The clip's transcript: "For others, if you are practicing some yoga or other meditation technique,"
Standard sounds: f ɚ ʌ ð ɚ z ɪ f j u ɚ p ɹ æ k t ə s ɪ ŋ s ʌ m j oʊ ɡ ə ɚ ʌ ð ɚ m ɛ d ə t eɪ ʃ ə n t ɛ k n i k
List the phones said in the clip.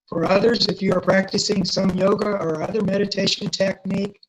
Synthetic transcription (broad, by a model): f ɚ ʌ ð ɚ z ɪ f j u ɚ p ɹ æ k t ə s ɪ ŋ s ʌ m j oʊ ɡ ə ɚ ʌ ð ɚ m ɛ d ə t eɪ ʃ ə n t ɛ k n i k